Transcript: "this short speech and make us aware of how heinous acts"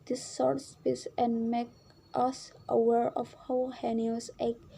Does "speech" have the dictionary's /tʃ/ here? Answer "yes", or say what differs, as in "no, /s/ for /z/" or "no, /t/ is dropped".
no, /s/ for /tʃ/